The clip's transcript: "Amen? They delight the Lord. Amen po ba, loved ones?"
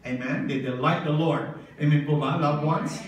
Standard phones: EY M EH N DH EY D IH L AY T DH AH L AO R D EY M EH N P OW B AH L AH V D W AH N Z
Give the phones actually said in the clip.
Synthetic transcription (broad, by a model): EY M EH N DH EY D IH L AY T DH AH L AO R D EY M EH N B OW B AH L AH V W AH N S